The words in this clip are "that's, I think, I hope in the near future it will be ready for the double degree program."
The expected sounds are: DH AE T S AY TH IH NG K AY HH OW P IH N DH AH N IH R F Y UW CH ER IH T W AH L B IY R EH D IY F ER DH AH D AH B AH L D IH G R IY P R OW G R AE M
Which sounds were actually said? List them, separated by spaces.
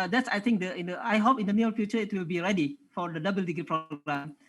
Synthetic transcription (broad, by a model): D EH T S AY T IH NG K AY HH OW P IH N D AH N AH L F Y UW CH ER IH T W AH L B IY R EH D IY F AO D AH D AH B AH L D IH G R IY P R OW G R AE M